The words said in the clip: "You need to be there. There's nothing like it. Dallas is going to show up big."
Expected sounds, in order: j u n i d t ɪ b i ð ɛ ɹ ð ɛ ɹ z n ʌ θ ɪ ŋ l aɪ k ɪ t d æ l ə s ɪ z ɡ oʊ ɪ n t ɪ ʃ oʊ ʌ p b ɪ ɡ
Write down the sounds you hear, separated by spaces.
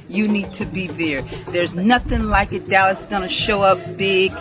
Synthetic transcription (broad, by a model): j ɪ n i d t ɪ b i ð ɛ ɹ ð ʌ ɹ z n ʌ θ ɪ ŋ l aɪ k ɪ t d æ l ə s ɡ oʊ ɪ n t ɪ ʃ oʊ ʌ p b ɪ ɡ